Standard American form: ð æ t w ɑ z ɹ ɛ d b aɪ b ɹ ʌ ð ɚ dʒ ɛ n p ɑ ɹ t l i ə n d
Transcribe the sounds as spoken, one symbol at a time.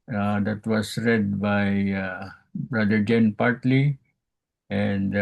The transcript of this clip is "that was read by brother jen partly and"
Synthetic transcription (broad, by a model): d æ t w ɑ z ɹ ɛ d b aɪ b ɹ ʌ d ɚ dʒ ɛ n p ɑ ɹ t l i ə n d